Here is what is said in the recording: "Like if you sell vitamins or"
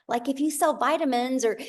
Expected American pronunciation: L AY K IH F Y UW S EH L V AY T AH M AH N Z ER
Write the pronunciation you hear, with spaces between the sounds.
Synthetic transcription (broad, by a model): L AY K IH F Y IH S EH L V AY T AH M AH N Z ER